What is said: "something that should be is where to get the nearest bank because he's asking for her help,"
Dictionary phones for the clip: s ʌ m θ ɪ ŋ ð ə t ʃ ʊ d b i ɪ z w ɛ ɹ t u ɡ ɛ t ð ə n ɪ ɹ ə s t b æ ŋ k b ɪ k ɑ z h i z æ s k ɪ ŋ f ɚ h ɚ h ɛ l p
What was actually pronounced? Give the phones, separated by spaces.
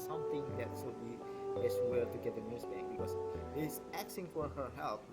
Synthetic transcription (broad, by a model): s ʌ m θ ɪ ŋ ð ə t s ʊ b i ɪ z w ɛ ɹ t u ɡ ɛ t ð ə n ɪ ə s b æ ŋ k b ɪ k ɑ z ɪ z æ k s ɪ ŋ f ɚ h ɚ h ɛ l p